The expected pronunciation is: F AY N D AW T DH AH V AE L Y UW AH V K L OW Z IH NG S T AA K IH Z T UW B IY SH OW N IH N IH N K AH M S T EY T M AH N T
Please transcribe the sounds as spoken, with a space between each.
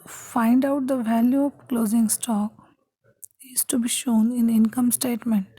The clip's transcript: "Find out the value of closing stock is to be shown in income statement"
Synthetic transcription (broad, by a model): F AY N D AW T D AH V AE L Y UW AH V K L OW Z IH NG S T AA K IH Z T UW B IY SH OW N IH N IH N K AH M S T EY T M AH N T